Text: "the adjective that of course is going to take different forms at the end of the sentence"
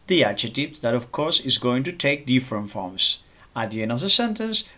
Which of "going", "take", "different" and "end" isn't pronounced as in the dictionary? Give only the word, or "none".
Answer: end